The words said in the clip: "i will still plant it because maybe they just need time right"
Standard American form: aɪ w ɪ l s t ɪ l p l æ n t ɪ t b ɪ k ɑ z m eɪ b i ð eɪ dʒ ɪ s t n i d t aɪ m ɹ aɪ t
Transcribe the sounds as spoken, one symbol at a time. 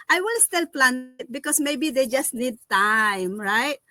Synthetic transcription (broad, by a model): aɪ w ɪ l s t ɪ l p l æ n ɪ t b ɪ k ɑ s m eɪ b i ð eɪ dʒ ɪ s t n i d t aɪ m ɹ aɪ t